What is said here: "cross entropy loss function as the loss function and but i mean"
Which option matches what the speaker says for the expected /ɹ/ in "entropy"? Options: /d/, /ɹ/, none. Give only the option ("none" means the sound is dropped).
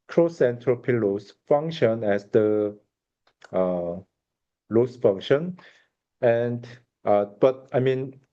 /ɹ/